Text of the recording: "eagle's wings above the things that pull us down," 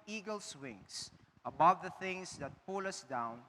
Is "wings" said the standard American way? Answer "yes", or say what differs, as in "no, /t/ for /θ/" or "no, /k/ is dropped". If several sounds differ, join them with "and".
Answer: no, /s/ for /z/